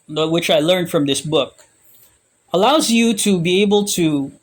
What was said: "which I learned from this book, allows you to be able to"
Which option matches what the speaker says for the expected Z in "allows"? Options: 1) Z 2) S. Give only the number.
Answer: 1